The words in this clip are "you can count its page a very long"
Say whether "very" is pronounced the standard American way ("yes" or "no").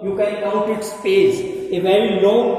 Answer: yes